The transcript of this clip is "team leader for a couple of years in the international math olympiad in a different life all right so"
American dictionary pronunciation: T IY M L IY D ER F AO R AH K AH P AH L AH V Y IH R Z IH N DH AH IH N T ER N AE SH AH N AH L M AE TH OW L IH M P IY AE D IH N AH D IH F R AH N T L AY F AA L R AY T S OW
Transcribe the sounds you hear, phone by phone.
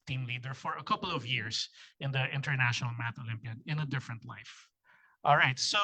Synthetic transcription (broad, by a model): T IY M L IY D ER F AO R AH K AH P AH L AH V Y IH R S IH N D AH IH N T ER N AE SH AH N AH L M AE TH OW L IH M P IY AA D IH N AH D IH F R AH N T L AY F AA L R AY T S OW